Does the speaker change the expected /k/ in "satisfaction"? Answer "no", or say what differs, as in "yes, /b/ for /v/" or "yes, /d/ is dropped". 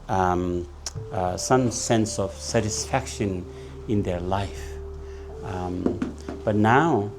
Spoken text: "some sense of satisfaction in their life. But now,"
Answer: no